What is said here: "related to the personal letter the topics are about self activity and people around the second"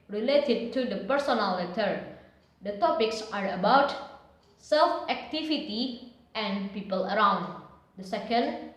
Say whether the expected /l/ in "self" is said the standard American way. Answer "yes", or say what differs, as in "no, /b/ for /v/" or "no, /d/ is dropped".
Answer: yes